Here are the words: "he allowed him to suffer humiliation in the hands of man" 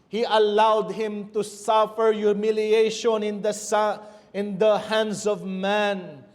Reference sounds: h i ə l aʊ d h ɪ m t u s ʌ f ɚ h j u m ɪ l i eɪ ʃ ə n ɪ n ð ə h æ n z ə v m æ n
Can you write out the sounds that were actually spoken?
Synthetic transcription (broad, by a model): h i ə l aʊ d h ɪ m t u s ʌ f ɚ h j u m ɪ l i eɪ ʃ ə n ɪ n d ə h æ n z ə v m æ n